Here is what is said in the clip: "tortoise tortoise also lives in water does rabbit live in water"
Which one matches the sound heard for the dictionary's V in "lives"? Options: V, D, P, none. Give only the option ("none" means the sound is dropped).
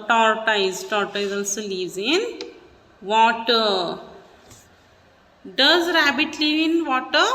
none